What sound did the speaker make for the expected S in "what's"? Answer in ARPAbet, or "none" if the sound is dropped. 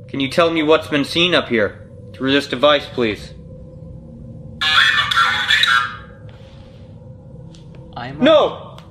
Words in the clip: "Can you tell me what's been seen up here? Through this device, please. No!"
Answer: S